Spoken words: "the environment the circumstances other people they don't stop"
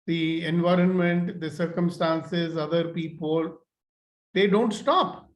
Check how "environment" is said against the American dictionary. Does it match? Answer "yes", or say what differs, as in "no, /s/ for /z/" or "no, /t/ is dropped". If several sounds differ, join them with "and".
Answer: yes